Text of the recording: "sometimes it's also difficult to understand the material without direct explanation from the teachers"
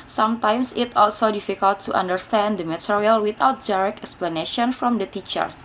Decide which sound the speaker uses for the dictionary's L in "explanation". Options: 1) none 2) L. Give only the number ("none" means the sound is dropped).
2